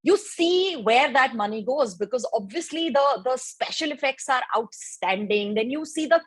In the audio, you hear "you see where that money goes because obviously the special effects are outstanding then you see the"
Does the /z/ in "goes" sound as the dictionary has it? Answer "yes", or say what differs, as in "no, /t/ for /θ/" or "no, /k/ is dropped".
yes